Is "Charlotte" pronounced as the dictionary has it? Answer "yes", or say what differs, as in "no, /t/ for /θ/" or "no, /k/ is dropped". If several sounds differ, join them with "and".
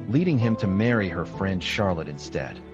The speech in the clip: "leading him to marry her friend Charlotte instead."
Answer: yes